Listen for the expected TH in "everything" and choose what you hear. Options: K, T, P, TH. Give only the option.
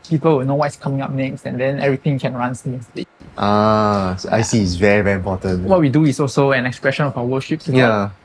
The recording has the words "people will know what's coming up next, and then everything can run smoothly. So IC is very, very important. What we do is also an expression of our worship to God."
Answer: T